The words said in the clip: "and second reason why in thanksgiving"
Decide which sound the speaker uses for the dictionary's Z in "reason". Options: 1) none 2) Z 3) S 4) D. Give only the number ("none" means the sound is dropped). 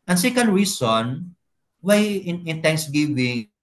3